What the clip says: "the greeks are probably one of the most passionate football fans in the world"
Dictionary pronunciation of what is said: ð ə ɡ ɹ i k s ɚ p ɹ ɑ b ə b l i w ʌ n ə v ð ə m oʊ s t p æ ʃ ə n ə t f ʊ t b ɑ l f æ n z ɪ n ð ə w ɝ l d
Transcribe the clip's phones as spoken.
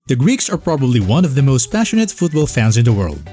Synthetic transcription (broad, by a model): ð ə ɡ ɹ i k s ɚ p ɹ ɑ b ə b l i w ʌ n ə v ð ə m oʊ s t p æ ʃ ə n ə t f ʊ t b ɑ l f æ n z ɪ n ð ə w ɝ l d